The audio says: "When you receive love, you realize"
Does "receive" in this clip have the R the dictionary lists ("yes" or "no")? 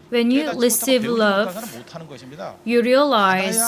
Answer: no